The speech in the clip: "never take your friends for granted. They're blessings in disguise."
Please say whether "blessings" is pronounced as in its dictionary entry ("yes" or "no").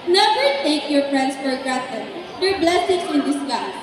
no